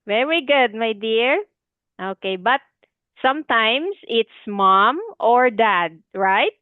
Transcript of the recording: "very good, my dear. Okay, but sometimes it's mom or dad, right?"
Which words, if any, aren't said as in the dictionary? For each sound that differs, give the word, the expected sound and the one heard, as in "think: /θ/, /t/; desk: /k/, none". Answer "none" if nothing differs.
sometimes: /z/, /s/